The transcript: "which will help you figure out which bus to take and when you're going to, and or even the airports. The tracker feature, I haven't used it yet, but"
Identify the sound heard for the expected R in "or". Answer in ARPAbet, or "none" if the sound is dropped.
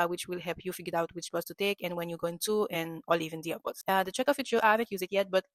L